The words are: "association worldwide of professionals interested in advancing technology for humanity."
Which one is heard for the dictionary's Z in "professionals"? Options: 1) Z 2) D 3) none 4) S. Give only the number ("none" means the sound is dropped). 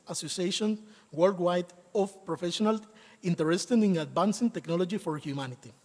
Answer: 3